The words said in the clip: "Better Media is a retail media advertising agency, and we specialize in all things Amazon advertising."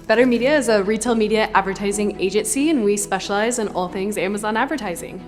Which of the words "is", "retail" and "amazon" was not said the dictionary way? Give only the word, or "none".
none